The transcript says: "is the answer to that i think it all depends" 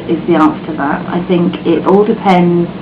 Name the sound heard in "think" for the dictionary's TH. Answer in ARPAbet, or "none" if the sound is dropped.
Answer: TH